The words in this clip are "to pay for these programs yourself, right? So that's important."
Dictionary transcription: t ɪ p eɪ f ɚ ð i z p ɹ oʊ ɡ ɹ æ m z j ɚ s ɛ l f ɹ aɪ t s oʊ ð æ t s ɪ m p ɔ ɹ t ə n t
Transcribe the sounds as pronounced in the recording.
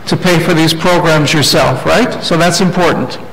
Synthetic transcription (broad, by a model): t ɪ p eɪ f ɚ ð i z p ɹ oʊ ɡ ɹ æ m z j ɚ s ɛ l f ɹ aɪ t s oʊ ð æ t s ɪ m p ɔ ɹ t n t